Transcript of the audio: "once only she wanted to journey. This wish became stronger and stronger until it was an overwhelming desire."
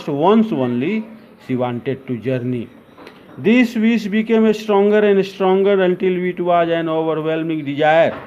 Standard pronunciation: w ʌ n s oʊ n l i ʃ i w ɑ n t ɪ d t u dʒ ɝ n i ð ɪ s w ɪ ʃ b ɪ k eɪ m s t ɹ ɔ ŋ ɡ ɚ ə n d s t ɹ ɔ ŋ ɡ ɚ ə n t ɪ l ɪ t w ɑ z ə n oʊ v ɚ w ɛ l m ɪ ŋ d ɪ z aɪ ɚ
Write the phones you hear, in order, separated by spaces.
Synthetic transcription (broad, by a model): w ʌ n s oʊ n l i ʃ i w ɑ n t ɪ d t u dʒ ɝ n i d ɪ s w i s b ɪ k eɪ m s t ɹ ɔ ŋ ɡ ɚ ə n d s t ɹ ɔ ŋ ɡ ɚ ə n t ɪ l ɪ t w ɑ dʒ ə n oʊ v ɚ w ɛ l m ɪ ŋ d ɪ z aɪ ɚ